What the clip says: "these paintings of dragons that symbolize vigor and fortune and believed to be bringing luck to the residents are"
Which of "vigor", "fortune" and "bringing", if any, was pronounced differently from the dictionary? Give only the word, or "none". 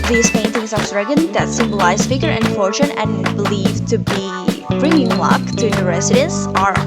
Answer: vigor